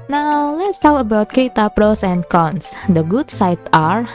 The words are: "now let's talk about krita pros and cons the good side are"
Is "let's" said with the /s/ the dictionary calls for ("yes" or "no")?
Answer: yes